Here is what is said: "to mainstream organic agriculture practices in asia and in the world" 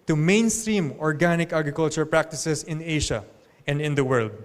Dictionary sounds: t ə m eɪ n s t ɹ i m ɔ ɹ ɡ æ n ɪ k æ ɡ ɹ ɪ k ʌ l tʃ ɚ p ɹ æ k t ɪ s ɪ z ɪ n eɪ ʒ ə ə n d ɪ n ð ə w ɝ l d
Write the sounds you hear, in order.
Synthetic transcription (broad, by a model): t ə m eɪ n s t ɹ i m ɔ ɹ ɡ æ n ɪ k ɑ ɡ ɹ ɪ k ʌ l tʃ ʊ p ɹ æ k t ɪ s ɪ s ɪ n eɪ ʃ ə ə n d ɪ n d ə w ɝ l d